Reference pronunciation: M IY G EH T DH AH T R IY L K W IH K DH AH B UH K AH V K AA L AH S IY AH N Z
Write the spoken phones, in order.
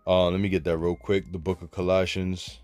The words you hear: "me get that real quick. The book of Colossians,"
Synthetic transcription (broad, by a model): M IY G EH T DH AH T R IY L K W IH K DH AH B UH K AH V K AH L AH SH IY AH N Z